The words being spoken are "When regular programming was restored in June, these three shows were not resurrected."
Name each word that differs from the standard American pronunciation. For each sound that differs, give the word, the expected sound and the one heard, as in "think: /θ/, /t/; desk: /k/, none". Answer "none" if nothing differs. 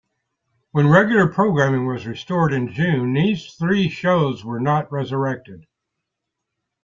none